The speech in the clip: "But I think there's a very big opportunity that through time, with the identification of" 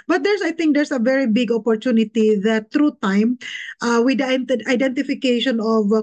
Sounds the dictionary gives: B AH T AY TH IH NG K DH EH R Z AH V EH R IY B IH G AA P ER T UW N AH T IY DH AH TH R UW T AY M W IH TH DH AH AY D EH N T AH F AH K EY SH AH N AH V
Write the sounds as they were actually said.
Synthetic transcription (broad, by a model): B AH T AY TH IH NG K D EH R S AH V EH R IY B IH G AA P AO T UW N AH T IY DH AH T R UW T AY M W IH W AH AY D EH N T AH F AH K EY SH AH N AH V